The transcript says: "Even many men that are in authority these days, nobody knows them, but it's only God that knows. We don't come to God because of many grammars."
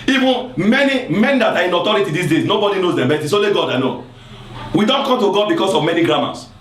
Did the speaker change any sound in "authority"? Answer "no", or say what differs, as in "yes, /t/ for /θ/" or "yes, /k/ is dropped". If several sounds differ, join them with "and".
yes, /t/ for /θ/